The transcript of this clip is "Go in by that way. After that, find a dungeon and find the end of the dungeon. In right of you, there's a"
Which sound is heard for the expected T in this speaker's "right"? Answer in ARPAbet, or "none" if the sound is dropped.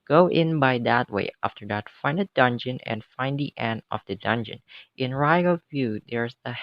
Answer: none